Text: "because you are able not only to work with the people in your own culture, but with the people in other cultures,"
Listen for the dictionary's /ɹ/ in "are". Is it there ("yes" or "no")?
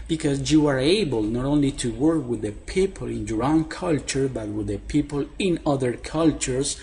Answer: yes